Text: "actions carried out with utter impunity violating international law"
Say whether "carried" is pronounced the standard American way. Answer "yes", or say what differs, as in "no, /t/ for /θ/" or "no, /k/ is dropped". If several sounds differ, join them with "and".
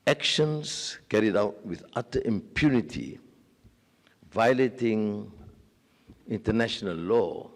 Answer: yes